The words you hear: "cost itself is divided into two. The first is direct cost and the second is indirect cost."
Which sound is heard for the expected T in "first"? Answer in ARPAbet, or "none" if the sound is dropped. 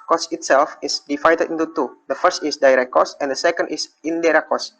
T